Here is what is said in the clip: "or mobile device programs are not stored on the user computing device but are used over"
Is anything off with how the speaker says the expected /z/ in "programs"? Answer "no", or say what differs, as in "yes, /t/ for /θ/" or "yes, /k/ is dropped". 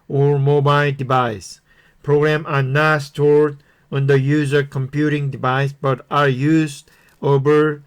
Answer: yes, /z/ is dropped